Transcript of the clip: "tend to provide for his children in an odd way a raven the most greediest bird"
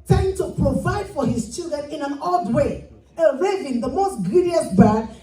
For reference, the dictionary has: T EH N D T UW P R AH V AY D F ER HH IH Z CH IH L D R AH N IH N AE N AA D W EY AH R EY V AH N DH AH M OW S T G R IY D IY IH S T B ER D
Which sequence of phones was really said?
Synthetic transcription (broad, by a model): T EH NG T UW P R AH V AY D F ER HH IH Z CH IH L D R AH N IH N AE N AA D W EY AH R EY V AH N DH AH M OW S T G R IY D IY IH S B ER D